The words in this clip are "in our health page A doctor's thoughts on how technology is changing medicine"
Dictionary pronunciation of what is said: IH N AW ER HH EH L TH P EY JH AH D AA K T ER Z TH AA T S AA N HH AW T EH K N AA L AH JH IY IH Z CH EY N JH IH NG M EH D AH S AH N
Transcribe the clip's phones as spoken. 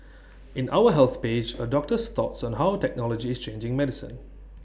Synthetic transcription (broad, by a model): IH N AW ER HH EH L TH P EY JH AH D AA K T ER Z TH AA T S AA N HH AW T EH K N AA L AH JH IY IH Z CH EY N JH IH NG M EH D AH S AH N